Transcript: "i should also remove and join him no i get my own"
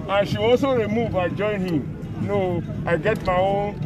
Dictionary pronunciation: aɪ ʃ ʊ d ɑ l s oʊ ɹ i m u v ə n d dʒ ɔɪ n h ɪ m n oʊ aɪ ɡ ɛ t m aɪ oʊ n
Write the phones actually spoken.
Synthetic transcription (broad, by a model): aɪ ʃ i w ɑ s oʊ ɹ i m u v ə dʒ ɔɪ n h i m n oʊ aɪ ɡ ɛ t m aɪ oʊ